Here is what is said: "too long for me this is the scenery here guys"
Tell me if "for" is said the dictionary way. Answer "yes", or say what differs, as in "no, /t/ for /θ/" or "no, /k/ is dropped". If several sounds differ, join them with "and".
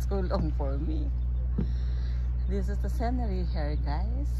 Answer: yes